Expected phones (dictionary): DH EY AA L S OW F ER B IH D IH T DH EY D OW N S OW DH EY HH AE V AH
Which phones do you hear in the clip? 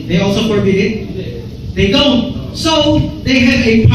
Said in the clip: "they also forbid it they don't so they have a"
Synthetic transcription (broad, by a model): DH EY AA L S OW P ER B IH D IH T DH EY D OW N S OW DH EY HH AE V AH